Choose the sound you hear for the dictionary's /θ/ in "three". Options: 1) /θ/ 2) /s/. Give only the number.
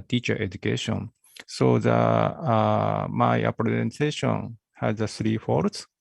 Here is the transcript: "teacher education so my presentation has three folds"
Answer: 2